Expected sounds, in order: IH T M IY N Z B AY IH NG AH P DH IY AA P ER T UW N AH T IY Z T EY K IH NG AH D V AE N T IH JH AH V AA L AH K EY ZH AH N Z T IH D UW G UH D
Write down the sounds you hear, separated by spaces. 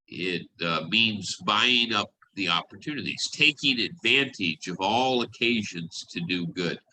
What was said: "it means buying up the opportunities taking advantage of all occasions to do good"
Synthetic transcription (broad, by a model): IH T M IY N Z B AY IH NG AH P DH IY AA P ER T UW N AH T IY Z T EY K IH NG AH D V AE N T IH JH AH V AA L AH K EY ZH AH N Z T IH D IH G UH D